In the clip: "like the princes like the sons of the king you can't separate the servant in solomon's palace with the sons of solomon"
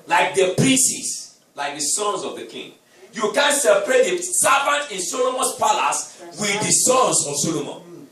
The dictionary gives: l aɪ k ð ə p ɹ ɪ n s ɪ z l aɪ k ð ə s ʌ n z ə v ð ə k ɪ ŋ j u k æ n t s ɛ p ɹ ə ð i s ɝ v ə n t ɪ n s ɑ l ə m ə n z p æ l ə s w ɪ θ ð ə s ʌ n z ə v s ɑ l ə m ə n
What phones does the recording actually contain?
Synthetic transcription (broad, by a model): l aɪ k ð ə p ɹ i s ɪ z l aɪ k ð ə s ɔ n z ə v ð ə k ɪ ŋ j u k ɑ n s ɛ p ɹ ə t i s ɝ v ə n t ɪ n s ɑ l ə m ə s p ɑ l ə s w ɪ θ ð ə s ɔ n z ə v s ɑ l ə m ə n